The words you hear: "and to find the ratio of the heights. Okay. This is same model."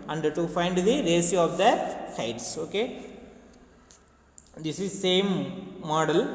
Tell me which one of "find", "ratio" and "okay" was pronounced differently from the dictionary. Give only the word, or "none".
ratio